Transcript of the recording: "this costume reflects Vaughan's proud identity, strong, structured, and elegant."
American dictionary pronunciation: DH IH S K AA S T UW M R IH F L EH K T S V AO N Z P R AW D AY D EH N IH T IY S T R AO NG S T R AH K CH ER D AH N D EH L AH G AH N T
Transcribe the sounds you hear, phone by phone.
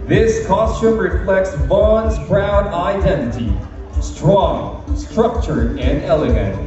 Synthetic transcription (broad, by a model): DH IH S K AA S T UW M R IH F L EH K T S B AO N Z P R AW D AY D EH N IH T IY S T R AO NG S T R AH K CH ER AH N D EH L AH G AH N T